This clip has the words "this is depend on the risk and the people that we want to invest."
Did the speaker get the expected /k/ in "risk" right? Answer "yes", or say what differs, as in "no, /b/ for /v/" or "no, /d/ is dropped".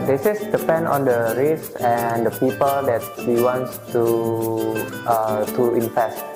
no, /k/ is dropped